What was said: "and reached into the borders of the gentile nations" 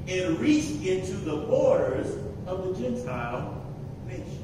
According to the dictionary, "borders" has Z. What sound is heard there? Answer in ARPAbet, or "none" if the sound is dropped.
Z